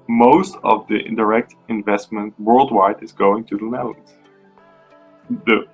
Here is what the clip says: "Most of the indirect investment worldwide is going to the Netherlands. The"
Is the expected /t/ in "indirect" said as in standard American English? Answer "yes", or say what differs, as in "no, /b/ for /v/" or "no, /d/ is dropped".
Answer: yes